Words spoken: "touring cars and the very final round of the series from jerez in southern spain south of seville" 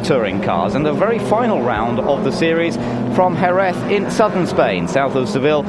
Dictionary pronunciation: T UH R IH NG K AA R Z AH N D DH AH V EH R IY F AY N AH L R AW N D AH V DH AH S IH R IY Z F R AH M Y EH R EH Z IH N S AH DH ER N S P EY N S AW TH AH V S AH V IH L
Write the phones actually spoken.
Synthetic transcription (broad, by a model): T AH R IH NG K AA Z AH N DH AH V EH R IY F AY N AH L R AW N D AH V DH AH S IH R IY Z F R AH M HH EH R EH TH IH N S AH DH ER N S P EY N S AW TH AH V S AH V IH L